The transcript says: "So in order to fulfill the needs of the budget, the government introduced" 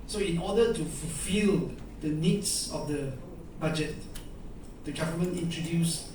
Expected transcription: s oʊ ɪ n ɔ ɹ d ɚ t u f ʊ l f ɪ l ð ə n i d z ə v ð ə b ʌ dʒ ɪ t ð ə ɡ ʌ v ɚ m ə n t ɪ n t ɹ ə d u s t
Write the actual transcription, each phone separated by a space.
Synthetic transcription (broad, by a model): s oʊ ɪ n ɔ d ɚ t u f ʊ l f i l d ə n i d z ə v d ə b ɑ dʒ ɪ t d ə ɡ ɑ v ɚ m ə n ɪ n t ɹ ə d u s